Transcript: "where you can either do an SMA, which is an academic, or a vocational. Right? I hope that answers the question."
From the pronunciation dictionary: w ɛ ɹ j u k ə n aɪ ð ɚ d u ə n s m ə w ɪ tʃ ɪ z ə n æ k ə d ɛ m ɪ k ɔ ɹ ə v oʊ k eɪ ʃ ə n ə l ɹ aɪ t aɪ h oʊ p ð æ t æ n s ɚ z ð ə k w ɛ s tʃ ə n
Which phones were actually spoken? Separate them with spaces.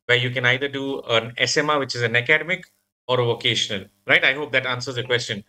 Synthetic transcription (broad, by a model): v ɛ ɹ j u k ə n aɪ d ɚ d u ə n s m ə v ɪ tʃ ɪ z ə n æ k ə d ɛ m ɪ k ɔ ɹ ə v oʊ k eɪ ʃ ə n ə l ɹ aɪ t aɪ h oʊ p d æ t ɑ n s ɚ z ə k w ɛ s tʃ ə n